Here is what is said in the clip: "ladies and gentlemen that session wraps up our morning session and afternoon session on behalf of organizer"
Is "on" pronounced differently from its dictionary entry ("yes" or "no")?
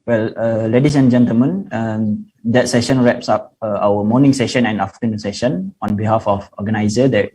no